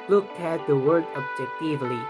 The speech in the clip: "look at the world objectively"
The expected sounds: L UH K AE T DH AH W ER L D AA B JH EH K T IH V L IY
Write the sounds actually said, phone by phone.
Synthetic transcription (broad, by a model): L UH K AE T DH AH W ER D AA B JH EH K T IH V L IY